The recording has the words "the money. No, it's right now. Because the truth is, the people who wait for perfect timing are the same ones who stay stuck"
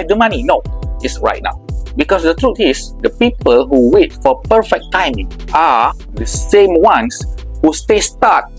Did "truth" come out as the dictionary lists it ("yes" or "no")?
no